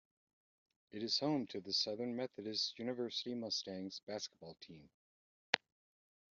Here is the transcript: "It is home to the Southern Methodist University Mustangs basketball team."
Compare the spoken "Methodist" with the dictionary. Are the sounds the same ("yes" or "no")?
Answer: yes